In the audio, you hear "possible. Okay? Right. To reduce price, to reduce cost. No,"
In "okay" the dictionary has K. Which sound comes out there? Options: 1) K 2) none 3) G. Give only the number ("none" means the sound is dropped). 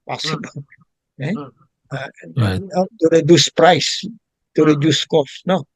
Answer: 2